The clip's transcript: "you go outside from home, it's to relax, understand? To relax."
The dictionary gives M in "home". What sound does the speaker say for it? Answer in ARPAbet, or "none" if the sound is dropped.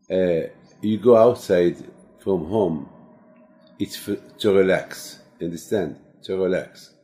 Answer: M